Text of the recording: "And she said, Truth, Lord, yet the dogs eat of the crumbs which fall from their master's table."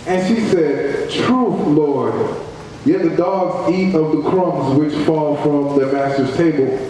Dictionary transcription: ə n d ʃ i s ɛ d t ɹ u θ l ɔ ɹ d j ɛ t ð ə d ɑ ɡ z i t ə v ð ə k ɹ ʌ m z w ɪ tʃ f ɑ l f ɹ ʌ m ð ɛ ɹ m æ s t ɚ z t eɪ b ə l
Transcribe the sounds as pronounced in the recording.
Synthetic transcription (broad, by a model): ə n ʃ i s ɛ d t ɹ u θ l ɔ ɹ d j ɛ t ð ə d ɑ ɡ z i t ə v ð ə k ɹ ʌ m z w ɪ tʃ f ɑ l f ɹ ʌ m ð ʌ m æ s t ɚ z t eɪ b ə l